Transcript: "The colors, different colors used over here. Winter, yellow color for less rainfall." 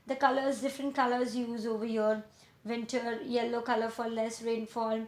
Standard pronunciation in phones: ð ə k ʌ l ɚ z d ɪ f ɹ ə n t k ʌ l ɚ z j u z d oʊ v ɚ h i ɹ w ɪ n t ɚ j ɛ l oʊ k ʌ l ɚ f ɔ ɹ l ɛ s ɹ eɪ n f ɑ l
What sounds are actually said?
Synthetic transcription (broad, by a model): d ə k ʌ l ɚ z d ɪ f ɹ ə n t k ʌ l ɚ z j u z oʊ v ɚ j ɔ ɹ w ɪ n t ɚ j ɛ l oʊ k ʌ l ɚ f ɔ ɹ l ɛ s ɹ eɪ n f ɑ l